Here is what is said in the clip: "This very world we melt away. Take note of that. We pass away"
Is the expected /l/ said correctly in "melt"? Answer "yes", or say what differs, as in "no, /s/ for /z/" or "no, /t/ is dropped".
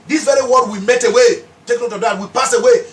no, /l/ is dropped